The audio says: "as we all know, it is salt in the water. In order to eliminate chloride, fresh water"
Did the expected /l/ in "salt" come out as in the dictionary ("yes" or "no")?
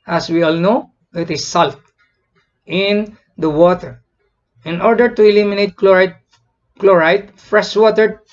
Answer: yes